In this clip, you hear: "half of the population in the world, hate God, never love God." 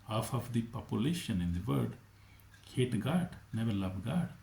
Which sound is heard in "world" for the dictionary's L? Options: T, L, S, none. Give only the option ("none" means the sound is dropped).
none